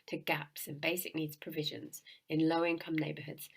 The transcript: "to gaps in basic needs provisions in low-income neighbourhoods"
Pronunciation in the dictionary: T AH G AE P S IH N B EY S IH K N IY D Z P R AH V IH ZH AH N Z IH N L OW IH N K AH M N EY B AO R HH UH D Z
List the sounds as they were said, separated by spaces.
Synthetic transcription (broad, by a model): T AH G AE P S IH N B EY S IH K N IY D Z P R AH V IH ZH AH N Z IH N L OW IH N K AH M N EY B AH HH UH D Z